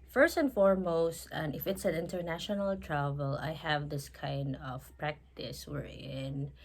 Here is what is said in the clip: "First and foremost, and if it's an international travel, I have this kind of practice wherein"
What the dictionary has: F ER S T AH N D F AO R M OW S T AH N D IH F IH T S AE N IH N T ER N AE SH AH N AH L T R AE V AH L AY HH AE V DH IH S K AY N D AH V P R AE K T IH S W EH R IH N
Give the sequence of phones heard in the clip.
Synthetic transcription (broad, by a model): F ER S T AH N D F AO R M OW S T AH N IH F IH T S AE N IH N T ER N AE SH AH N AH L T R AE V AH L AY HH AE V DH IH S K AY N D AH V P R AE K T IH S W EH R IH N